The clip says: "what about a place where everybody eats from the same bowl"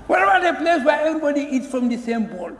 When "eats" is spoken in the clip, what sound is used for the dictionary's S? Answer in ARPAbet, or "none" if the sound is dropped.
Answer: S